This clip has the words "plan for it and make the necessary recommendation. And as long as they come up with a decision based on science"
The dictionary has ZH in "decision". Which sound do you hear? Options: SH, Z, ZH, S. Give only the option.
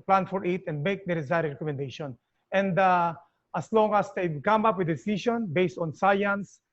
SH